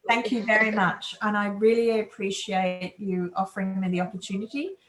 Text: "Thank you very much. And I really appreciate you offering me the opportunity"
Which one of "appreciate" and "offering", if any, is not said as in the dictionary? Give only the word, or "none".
none